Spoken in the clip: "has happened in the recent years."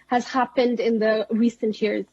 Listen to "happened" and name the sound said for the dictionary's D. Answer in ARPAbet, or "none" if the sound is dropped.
D